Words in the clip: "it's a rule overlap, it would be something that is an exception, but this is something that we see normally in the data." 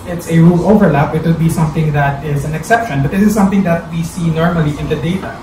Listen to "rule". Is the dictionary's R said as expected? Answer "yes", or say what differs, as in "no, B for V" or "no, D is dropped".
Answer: yes